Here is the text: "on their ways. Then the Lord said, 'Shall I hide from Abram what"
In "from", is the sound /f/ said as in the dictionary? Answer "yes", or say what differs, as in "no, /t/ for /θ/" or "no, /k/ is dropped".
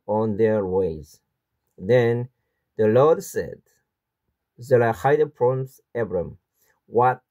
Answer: no, /p/ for /f/